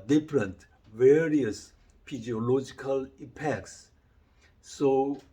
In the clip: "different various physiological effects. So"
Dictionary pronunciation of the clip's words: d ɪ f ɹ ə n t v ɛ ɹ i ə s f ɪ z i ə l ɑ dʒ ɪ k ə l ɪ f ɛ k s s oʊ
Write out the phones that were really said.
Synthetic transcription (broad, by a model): d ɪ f ɹ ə n t v ɛ ɹ i ə s p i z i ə l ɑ dʒ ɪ k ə l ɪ p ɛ k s s oʊ